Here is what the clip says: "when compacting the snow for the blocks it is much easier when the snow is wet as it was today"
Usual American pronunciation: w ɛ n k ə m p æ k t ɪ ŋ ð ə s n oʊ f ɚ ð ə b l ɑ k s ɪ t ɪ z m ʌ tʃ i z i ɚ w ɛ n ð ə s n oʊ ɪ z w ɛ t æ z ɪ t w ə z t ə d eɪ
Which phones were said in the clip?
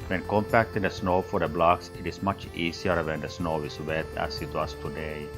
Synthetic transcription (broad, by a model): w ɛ n k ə m p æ k t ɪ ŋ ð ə s n oʊ f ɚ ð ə b l ɑ k s ɪ t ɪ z m ʌ tʃ i s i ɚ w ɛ n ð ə s n oʊ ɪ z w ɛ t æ s ɪ t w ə s t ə d eɪ